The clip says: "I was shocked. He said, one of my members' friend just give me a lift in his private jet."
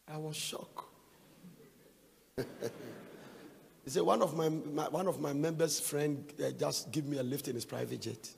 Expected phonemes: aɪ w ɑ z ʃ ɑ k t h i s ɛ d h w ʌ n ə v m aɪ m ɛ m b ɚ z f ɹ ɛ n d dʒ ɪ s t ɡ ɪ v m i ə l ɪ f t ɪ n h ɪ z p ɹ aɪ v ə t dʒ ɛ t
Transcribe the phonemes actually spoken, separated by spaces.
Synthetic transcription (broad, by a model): aɪ w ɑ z ʃ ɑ k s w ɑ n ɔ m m w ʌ n ə v m aɪ m ɛ m b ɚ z f ɹ ɛ n d dʒ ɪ s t ɡ ɪ v m i ə l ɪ f t ɪ n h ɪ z p ɹ aɪ v ə t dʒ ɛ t